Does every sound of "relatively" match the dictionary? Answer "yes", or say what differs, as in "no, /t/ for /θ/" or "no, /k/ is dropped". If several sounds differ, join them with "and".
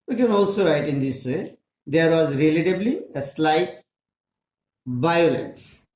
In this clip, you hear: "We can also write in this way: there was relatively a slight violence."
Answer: no, /b/ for /v/